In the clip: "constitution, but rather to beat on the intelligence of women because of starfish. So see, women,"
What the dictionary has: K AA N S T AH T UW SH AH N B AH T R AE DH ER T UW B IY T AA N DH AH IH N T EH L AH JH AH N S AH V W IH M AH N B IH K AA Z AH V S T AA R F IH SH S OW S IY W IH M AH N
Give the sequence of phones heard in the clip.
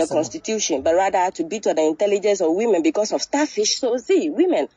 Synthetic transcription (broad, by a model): K AA N S T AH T UW SH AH N B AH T R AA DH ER T UW B IY T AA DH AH IH N T EH L AH JH AH N S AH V W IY M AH N B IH K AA S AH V S T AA F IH SH S OW S IY W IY M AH N